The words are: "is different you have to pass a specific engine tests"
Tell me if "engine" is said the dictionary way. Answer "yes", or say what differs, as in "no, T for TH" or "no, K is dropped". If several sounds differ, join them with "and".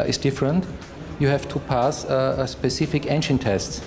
no, SH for JH